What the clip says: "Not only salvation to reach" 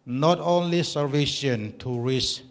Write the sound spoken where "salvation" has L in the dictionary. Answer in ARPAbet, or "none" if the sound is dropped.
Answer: none